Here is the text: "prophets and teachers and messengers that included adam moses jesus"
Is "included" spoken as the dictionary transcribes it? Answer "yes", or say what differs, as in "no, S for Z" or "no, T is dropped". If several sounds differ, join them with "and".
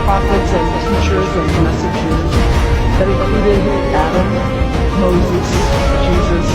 no, N is dropped